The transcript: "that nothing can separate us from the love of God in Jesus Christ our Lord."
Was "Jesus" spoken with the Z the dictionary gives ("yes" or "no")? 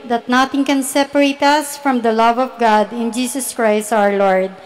no